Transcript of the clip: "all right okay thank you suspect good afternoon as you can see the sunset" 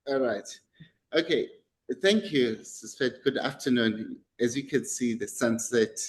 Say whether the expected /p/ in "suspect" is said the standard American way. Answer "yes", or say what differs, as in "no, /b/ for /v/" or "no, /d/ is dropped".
no, /f/ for /p/